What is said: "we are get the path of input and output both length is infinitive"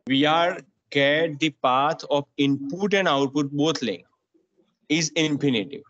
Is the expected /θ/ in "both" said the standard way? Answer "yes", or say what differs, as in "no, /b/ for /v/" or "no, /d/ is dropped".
no, /t/ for /θ/